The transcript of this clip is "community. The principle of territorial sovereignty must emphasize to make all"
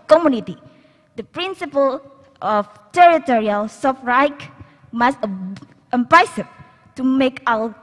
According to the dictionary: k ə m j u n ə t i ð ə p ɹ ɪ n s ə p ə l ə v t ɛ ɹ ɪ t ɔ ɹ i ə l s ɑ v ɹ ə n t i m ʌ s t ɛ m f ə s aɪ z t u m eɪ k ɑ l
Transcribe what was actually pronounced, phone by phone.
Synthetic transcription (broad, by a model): k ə m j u n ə t i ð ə p ɹ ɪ n s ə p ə l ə f t ɛ ɹ ɪ t ɔ ɹ i ə l s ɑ f ɹ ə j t m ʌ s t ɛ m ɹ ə s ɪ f t u m eɪ k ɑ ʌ